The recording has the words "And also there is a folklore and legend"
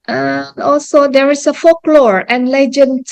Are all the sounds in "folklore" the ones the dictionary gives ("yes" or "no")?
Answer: yes